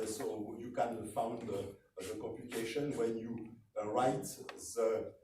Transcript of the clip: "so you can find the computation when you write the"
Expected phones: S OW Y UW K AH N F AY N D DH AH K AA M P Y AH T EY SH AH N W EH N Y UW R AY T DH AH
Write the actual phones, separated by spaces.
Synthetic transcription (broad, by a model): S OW Y UW K AH N F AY N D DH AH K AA P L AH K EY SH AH N W EH N Y UW R AY T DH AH